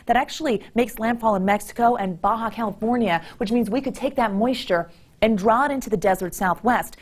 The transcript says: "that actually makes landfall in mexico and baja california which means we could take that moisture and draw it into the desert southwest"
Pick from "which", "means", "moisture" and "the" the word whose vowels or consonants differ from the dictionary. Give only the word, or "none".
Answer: none